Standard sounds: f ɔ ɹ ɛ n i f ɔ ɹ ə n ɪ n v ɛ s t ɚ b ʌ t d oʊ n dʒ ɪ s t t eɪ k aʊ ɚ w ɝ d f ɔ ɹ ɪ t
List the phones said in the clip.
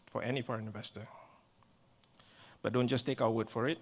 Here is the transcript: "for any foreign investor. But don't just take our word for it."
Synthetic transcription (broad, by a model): f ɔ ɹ ɛ n i f ɔ ɹ ə n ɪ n v ɛ s t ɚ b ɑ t d oʊ n dʒ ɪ s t t eɪ k aʊ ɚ w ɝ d f ɔ ɹ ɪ t